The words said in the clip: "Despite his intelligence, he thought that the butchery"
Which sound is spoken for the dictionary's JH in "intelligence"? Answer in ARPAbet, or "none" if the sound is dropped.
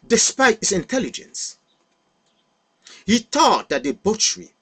JH